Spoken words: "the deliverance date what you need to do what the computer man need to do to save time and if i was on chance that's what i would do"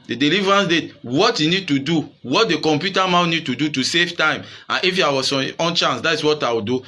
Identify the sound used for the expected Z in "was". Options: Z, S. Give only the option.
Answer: S